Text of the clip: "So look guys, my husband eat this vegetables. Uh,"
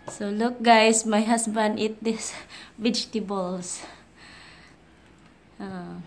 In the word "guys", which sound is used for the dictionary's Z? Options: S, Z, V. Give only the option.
S